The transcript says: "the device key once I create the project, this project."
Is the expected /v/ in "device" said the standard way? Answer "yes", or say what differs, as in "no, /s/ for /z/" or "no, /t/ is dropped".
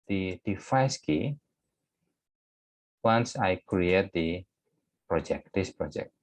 no, /f/ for /v/